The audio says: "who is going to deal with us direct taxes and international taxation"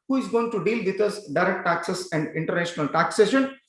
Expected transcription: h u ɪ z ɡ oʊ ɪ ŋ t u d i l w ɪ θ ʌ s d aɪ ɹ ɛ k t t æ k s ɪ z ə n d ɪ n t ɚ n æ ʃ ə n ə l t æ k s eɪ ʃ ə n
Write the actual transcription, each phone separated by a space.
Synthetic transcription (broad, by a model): h u ɪ z ɡ oʊ ɪ ŋ t u d i l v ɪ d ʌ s d aɪ ɹ ɛ k t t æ k s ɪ s ə n d ɪ n t ɚ n æ ʃ ə n ə l t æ k s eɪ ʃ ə n